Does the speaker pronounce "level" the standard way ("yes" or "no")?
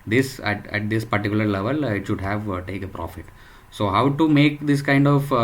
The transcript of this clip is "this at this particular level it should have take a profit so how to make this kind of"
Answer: yes